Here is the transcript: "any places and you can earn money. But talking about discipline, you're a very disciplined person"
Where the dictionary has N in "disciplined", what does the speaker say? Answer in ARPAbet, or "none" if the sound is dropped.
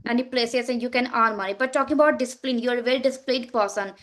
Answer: none